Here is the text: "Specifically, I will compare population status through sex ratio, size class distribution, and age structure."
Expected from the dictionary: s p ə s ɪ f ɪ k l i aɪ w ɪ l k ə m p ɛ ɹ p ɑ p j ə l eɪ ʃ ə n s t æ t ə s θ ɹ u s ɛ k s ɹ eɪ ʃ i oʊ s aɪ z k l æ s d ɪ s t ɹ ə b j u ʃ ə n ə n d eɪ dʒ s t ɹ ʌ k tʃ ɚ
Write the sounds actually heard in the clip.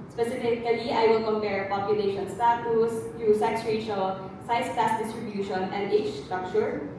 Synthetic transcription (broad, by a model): s p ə s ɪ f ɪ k l i aɪ w ɪ l k ə m p ɛ ɹ p ɑ p j ə l eɪ ʃ ə n s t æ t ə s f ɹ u s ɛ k s ɹ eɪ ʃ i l s aɪ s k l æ s d ɪ s t ɹ ə b j u ʃ ə n ə n d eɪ tʃ s t ɹ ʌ k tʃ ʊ